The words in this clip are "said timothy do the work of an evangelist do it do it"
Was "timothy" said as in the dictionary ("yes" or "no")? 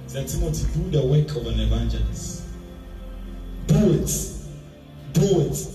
no